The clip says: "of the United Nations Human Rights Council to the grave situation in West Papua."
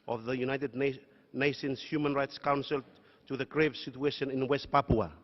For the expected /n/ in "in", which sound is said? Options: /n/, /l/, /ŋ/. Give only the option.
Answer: /n/